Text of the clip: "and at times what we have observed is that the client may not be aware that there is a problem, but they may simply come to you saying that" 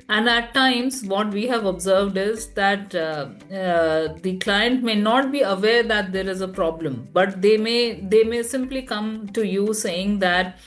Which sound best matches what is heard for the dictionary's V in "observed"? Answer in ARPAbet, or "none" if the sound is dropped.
V